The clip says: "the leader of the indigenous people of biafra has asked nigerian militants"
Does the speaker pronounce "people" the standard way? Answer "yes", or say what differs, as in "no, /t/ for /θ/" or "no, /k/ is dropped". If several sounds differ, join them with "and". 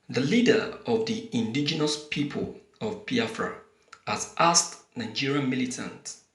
yes